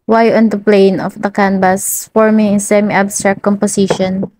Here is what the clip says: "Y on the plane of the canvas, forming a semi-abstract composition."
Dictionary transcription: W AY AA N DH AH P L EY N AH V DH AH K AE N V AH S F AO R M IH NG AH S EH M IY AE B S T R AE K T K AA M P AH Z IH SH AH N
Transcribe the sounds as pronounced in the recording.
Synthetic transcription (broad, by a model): W AY AA N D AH P L EY N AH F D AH K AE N B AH S F AO R M IH NG AH S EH M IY B S T R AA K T K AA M P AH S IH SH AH N